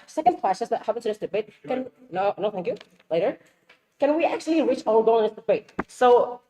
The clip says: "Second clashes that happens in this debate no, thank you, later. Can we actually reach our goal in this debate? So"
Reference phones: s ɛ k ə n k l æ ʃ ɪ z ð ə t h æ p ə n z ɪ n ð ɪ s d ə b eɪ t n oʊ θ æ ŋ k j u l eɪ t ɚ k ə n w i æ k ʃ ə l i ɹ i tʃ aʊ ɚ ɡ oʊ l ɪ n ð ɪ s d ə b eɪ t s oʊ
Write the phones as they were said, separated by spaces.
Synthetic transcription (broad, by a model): s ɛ k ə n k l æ s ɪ s ð ə t h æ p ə n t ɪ ð ɪ s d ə b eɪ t n oʊ θ æ ŋ k j u l eɪ t ɚ k ə n w i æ k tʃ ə l i ɹ i tʃ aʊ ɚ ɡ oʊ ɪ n ð ɪ s d ə b eɪ t s oʊ